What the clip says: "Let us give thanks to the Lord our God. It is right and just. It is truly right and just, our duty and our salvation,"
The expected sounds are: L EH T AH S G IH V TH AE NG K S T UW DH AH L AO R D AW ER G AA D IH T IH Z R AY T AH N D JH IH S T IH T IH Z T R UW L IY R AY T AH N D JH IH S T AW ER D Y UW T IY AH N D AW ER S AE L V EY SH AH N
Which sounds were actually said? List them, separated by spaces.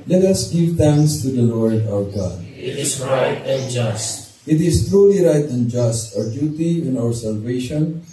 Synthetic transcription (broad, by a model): L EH T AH S G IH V T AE NG K S T UW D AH L AO R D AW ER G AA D IH T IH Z R AY T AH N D JH IH S T IH T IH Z T R UW L IY R AY T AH N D JH IH S T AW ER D Y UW T IY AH N AW ER S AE L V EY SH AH N